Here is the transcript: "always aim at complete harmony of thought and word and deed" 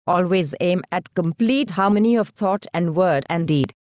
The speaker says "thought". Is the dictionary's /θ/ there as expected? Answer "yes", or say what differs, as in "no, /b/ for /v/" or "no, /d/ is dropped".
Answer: no, /t/ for /θ/